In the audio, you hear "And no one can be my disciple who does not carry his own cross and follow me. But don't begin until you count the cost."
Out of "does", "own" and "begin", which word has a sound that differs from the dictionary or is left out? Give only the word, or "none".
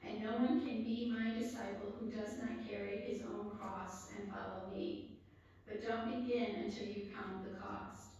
none